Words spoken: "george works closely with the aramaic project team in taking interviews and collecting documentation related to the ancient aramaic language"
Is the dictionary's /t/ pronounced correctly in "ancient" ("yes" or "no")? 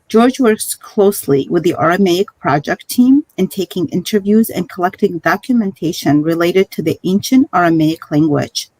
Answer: yes